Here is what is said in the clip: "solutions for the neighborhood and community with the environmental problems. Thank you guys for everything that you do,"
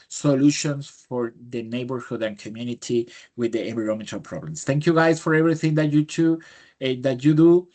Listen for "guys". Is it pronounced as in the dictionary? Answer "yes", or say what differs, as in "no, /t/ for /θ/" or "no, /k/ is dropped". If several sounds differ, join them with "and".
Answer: no, /s/ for /z/